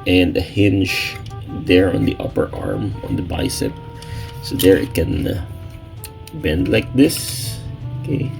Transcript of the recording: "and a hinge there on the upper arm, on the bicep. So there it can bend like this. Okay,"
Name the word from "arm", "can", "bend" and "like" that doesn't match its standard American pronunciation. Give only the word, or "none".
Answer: none